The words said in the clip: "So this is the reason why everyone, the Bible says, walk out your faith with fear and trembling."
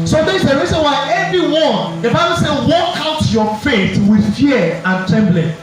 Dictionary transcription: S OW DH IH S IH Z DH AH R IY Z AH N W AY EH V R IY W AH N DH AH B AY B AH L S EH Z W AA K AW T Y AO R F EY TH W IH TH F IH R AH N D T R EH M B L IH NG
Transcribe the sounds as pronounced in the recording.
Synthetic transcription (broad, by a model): S OW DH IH IH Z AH R IY Z AH N W AY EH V R IY W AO N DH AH B AY B AH L S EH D W AA K AW T Y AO F EY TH W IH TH F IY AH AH N T R EH M B L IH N